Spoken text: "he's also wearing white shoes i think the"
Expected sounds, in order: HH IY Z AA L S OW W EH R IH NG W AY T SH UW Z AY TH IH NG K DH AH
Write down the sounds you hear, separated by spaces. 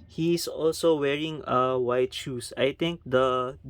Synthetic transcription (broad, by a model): HH IY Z AA L S OW W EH R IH NG W AY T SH UW S AY T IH NG K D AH